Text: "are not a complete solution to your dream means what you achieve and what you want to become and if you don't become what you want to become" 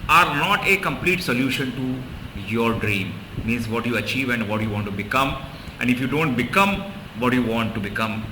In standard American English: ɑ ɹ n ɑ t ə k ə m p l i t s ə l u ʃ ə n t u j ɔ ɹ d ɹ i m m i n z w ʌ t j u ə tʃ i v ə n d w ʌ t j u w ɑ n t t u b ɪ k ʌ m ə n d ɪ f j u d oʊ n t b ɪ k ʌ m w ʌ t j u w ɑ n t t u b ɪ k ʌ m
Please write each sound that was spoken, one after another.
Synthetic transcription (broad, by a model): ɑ ɹ n ɑ t ə k ə m p l i t s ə l u ʃ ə n t u j ɔ ɹ d ɹ i m m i n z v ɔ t j u ə tʃ i v ə n d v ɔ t j u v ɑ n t t u b ɪ k ʌ m ə n d ɪ f j u d oʊ n t b ɪ k ʌ m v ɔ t j u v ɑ n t t u b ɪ k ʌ m